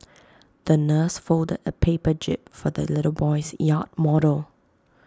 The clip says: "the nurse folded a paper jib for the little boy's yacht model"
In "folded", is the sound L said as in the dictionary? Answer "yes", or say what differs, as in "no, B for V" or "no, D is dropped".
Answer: yes